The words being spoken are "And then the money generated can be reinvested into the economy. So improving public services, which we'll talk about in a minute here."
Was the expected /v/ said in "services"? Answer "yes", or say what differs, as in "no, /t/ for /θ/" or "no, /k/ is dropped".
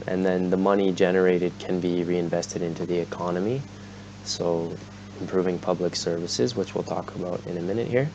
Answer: yes